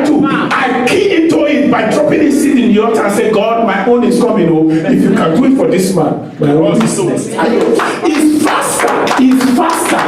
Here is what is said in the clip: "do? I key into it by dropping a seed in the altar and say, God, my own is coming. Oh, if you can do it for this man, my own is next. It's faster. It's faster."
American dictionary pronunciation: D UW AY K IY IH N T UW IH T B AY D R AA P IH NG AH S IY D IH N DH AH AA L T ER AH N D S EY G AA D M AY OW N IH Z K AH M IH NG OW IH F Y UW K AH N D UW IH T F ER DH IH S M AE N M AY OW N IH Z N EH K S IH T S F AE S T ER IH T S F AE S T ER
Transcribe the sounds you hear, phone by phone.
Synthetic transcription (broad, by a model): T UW AY K IY IH N T UW IH T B AY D R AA P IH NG AH S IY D IH N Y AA T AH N S EY G AA D M AY OW N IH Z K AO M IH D OW IH F Y UW K AH N D UW IH T F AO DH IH S M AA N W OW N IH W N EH S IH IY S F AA S T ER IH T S F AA S T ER